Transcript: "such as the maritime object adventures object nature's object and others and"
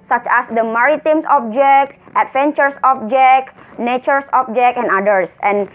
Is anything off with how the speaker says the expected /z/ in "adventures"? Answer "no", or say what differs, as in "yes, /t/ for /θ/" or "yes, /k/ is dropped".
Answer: yes, /s/ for /z/